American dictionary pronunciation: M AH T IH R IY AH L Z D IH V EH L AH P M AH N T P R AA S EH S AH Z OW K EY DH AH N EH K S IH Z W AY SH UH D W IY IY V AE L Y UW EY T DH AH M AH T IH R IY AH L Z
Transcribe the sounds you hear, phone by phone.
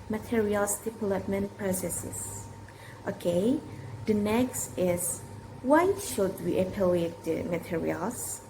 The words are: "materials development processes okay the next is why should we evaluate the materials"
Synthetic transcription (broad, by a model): M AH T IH R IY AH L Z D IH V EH L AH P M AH N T P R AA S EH S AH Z OW K EY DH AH N EH K S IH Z W AY SH UH D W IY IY P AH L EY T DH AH M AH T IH R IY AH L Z